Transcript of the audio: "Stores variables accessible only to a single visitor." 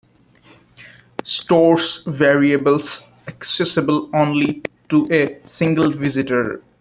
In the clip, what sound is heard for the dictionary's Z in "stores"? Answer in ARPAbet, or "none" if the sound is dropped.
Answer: S